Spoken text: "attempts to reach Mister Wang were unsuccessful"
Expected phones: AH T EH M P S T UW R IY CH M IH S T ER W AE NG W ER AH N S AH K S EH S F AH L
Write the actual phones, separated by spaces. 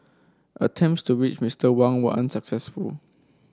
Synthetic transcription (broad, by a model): AH T EH M P S T UW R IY CH M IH S T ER W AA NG W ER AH N S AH K S EH S F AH L